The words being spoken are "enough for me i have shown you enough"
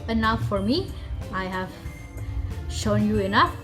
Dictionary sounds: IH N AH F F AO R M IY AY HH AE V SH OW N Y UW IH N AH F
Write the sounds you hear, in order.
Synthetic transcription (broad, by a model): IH N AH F F AO R M IY AY HH AE V SH OW N Y UW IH N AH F